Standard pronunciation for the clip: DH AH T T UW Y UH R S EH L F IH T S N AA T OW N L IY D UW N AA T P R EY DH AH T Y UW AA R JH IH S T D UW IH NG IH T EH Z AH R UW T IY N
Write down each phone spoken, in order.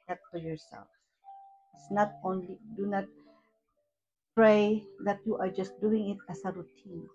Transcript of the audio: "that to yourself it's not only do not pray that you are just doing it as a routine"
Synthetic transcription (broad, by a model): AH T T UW Y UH R S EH L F IH T S N AA T OW N L IY D UW N AA T P R EY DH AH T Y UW AA R JH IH S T D UW IH NG IH T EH S AH R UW T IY N